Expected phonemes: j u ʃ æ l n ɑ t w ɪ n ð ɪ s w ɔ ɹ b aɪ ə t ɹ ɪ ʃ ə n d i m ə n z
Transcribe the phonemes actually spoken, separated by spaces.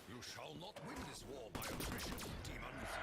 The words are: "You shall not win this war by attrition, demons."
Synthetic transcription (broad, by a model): j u ʃ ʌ l n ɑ t w ɪ n ð ɪ s w ɔ ɹ b aɪ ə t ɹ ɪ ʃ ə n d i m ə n